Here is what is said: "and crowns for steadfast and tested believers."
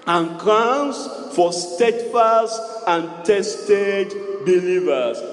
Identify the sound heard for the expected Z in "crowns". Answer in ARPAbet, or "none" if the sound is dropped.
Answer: S